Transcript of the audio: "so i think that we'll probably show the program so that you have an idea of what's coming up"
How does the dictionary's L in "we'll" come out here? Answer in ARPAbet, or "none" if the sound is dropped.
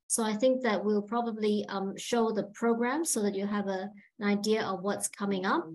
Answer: L